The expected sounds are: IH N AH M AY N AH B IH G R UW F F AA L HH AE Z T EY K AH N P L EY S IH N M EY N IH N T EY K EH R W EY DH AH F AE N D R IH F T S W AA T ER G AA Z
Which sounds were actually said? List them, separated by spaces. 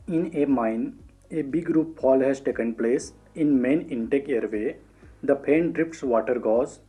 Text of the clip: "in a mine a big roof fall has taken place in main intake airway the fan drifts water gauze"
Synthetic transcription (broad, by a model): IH N AH M AY N AH B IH G R UW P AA L HH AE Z T EY K AH N P L EY S IH N M EY N IH N T EY K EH R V EY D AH P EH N D R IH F T S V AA T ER G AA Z